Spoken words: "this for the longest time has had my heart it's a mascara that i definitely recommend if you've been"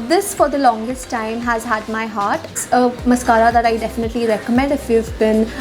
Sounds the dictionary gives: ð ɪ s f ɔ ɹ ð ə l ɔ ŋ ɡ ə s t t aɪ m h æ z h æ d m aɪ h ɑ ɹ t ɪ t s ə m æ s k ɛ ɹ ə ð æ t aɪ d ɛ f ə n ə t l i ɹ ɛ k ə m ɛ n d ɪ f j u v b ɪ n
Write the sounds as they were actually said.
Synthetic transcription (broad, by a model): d ɪ s f ɔ ɹ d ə l ɔ ŋ ɡ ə s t t aɪ m h æ z h æ d m aɪ h ɑ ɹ t t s ə m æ s k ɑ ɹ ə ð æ t aɪ d ɛ f ə n ə t l i ɹ ɛ k ə m ɛ n d ɪ f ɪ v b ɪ n